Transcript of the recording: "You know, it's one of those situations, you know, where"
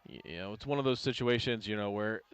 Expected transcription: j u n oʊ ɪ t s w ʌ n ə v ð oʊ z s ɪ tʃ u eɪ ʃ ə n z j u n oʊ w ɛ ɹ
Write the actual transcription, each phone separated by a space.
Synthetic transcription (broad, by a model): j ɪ n oʊ ɪ t s w ʌ n ə v ð oʊ z s ɪ tʃ u eɪ ʃ ə n z j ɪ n oʊ w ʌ ɹ